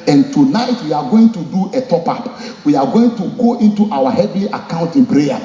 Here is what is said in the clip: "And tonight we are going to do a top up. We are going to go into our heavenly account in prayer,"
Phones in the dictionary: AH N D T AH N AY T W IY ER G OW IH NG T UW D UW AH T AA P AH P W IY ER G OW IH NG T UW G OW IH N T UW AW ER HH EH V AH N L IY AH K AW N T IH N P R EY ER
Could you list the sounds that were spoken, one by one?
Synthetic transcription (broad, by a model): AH N T AH N AY T W IY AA G OW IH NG T UW D UW AH T AA P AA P W IY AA G OW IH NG T UW G OW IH N T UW AW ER HH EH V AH L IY AH K AW N T IH N P R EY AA